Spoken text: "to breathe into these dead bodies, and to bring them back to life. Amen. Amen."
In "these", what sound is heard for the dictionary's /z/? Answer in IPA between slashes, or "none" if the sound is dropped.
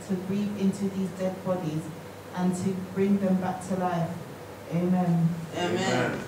/z/